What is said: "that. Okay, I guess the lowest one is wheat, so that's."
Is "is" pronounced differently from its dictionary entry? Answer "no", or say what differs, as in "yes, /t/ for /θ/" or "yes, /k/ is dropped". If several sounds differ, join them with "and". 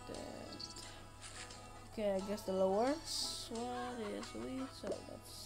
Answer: yes, /s/ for /z/